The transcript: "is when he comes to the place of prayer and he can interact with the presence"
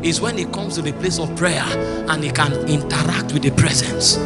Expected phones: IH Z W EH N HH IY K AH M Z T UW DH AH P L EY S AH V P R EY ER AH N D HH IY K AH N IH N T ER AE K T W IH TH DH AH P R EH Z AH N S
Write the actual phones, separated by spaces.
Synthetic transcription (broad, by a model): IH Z W EH N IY K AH M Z T UW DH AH P L EY S AH V P R EY ER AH N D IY K AH N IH N T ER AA K T W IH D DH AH P R EH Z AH N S